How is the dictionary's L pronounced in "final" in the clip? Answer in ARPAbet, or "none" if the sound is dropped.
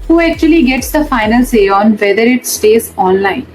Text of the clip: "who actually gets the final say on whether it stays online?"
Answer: L